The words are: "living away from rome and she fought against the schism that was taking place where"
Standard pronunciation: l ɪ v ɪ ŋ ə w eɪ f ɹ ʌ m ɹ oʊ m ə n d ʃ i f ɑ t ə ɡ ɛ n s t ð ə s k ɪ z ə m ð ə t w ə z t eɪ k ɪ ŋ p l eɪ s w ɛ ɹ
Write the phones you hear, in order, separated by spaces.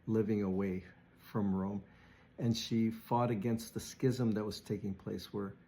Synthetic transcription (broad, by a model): l ɪ v ɪ ŋ ə w eɪ f ɹ ʌ m ɹ oʊ m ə n ʃ i f ɑ t ə ɡ ɛ n s t ð ə s k ɪ z ə m ð ə t w ə z t eɪ k ɪ ŋ p l eɪ s w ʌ ɹ